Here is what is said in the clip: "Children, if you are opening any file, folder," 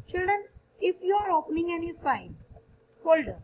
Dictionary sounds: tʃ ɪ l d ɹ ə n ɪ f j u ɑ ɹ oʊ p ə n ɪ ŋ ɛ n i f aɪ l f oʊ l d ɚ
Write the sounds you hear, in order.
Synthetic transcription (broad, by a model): tʃ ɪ l d ɹ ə n ɪ f j u ɑ ɹ oʊ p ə n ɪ ŋ ɛ n i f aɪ n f oʊ l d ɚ